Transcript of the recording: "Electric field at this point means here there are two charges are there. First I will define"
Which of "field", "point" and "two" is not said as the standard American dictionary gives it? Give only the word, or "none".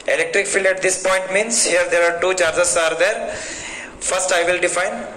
field